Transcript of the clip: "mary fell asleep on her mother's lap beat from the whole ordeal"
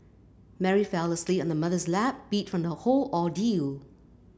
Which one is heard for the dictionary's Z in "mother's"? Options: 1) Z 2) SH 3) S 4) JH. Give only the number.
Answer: 1